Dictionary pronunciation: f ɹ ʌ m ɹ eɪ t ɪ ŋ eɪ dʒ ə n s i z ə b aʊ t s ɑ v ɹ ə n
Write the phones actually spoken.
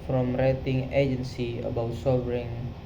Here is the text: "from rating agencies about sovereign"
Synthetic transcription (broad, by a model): f ɹ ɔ m ɹ eɪ t ɪ ŋ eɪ dʒ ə n s i ə b aʊ t s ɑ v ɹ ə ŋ